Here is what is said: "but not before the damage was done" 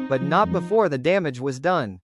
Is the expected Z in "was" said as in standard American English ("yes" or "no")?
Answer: yes